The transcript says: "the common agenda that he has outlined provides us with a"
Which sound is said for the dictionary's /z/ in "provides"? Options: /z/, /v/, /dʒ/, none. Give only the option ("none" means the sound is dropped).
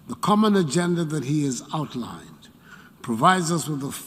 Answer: /z/